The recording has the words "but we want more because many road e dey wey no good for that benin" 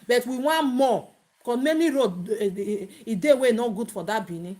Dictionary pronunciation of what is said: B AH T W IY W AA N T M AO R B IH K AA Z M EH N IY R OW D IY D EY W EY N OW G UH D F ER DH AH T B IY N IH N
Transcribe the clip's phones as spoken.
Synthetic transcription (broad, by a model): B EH T W IY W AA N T M AO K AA M EH N IY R OW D IY D EY W EY N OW G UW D F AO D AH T B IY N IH